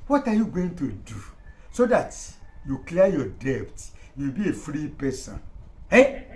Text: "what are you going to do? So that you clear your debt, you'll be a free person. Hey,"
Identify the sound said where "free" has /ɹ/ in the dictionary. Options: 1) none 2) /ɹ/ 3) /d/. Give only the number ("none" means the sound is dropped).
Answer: 2